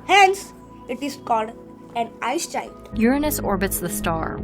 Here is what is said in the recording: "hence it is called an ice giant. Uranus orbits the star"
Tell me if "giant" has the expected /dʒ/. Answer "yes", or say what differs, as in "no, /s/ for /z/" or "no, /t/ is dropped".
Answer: no, /tʃ/ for /dʒ/